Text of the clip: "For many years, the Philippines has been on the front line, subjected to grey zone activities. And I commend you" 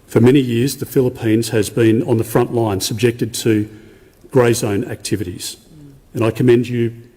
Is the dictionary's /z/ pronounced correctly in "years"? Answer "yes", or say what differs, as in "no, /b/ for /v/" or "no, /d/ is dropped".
yes